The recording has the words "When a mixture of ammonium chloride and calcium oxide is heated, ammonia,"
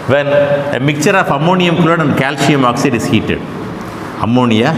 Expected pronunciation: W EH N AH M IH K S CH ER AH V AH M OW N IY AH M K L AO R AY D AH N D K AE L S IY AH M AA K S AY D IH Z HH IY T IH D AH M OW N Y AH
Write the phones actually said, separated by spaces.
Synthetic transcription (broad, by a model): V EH N AH M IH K CH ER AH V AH M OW N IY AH M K AO L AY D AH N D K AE L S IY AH M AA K S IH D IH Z HH IY T IH D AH M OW N Y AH